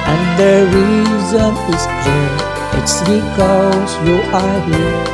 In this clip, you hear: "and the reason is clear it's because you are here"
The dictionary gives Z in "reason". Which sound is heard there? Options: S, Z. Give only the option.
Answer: Z